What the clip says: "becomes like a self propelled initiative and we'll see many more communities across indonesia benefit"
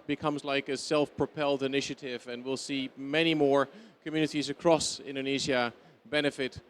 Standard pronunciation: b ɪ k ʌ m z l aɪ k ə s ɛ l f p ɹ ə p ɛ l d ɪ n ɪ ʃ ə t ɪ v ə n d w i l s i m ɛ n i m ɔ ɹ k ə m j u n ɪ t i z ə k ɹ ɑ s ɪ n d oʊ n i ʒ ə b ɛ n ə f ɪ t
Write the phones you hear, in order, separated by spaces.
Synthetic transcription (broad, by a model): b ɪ k ʌ m z l aɪ k ə s ɛ l f p ɹ ə p ɛ l d ɪ n ɪ ʃ ə t ɪ v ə n w i l s i m ɛ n i m ɔ ɹ k ə m j u n ɪ t i z ə k ɹ ɑ s ɪ n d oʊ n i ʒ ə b ɛ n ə f ɪ t